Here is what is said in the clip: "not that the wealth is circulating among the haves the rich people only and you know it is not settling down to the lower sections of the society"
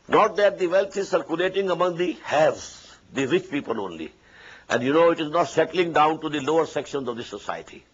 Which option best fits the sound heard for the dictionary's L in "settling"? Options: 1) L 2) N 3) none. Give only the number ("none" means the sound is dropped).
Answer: 1